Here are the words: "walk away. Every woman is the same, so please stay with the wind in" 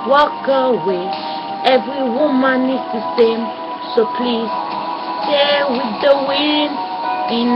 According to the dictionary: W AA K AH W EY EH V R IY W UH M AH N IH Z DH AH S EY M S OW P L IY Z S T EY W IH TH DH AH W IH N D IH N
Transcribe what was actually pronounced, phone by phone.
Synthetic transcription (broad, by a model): W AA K AH W EY EH V R IY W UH M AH N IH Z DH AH S EY M S OW P L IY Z S T EY W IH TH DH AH W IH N IH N